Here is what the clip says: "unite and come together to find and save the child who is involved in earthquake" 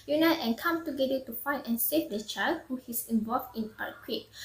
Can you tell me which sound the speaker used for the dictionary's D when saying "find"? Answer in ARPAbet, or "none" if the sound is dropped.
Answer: none